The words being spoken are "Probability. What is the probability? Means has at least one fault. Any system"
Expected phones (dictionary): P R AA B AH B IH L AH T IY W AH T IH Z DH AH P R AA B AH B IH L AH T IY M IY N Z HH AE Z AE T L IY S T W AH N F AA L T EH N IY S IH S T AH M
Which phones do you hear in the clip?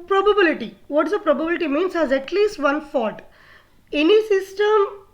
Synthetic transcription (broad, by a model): P R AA B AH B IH L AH T IY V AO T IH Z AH P R AA B AH B IH L AH T IY M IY N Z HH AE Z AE T L IY S T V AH N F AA T EH N IY S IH S T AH M